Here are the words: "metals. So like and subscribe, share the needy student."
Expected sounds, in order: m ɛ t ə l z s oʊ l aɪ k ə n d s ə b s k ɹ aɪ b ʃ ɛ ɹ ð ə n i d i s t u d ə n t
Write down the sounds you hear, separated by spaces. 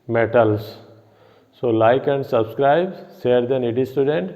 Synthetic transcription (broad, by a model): m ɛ t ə l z s oʊ l aɪ k ə n d s ə b s k ɹ aɪ b s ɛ ɹ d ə n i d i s t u d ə n t